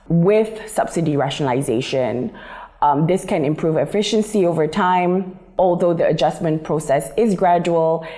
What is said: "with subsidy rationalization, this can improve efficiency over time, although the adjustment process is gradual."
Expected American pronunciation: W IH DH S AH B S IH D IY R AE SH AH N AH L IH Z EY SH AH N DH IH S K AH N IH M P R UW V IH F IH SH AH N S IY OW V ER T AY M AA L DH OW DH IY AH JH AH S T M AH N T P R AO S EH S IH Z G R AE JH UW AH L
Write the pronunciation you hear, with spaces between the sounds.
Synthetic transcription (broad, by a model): W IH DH S AH B S IH D IY R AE SH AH N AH L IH Z EY SH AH N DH IH S K AH N IH M P R UW V IH F IH SH AH N S IY OW V ER T AY M AA L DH OW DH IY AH JH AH S M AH N P R AO S EH S IH Z G R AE JH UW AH L